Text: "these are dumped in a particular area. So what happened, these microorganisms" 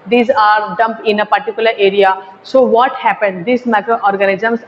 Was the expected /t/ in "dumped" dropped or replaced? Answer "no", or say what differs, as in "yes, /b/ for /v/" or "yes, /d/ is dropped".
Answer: yes, /t/ is dropped